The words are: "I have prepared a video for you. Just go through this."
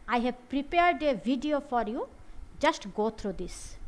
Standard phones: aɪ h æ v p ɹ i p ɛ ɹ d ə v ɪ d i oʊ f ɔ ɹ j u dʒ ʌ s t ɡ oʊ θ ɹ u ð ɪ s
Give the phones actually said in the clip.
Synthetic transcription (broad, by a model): aɪ h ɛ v p ɹ i p ɛ ɹ d ə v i d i oʊ f ɔ ɹ j u dʒ ʌ s t ɡ oʊ t ɹ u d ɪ s